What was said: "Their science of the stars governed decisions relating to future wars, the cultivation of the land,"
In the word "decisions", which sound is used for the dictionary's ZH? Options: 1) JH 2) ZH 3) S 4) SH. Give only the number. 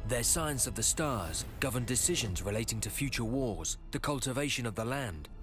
2